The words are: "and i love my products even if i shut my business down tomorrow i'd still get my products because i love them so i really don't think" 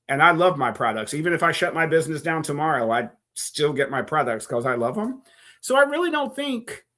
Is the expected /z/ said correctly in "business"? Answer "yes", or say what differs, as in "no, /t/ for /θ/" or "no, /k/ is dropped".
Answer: yes